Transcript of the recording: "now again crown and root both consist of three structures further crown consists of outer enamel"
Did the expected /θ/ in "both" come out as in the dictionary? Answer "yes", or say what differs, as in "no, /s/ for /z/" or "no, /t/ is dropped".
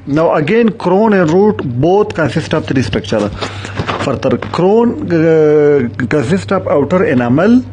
no, /t/ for /θ/